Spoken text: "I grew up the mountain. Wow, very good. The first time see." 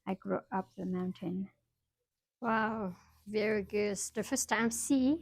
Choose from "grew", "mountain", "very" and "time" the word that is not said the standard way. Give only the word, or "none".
none